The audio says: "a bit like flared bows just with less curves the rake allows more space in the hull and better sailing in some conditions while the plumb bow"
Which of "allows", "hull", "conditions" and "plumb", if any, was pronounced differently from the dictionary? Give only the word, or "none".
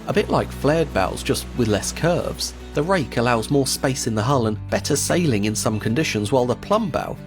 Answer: none